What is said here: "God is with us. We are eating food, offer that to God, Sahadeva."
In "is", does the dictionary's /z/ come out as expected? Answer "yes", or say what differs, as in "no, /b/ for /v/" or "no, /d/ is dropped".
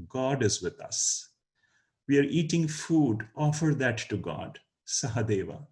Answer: yes